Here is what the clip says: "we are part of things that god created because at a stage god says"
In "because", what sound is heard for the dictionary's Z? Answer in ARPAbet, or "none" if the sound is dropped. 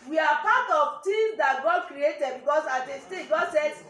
S